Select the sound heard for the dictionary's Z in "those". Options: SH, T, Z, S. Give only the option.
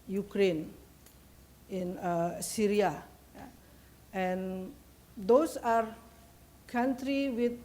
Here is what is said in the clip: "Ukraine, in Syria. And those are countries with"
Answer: S